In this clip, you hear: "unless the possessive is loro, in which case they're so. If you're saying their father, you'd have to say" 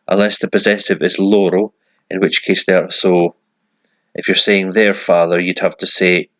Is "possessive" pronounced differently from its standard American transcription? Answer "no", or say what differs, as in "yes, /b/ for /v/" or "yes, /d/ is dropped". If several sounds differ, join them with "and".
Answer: no